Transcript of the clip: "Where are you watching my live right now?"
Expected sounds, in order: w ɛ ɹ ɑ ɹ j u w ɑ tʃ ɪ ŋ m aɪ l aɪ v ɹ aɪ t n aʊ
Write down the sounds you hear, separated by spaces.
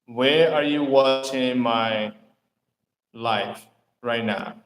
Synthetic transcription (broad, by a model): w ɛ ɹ ɑ ɹ j u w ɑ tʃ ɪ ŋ m aɪ l aɪ f ɹ aɪ t n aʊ